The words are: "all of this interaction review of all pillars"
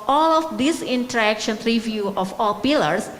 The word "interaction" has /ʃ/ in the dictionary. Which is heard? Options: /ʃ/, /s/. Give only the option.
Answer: /ʃ/